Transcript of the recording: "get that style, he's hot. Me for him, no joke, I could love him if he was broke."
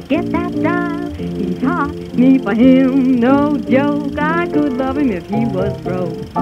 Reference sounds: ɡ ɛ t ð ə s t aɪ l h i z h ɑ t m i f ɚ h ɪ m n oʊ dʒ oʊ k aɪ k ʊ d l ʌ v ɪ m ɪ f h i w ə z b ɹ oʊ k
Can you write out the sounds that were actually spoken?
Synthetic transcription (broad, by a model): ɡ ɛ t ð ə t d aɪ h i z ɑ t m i p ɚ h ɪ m n oʊ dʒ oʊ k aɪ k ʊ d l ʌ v ɪ m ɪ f h i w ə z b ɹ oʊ